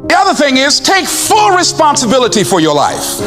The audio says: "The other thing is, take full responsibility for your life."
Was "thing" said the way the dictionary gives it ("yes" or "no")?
yes